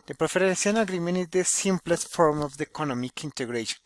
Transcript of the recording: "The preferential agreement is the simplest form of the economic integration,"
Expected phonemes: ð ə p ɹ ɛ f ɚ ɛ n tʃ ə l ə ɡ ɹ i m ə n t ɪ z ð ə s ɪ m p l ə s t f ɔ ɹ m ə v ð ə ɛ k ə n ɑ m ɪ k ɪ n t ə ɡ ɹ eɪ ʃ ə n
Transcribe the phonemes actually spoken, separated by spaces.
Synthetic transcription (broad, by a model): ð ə p ɹ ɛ f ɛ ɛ n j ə n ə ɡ ɹ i m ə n ɪ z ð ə s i m p l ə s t f ɔ ɹ m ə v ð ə k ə n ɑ m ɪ k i n t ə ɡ ɹ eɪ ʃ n